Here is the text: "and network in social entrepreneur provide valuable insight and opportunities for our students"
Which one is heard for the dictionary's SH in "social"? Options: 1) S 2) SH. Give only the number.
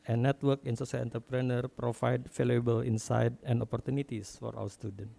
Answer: 1